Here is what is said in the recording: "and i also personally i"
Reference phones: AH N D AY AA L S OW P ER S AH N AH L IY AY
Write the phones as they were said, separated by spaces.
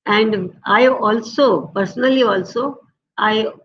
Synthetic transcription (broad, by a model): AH N D AY AA L S OW P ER S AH L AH L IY AY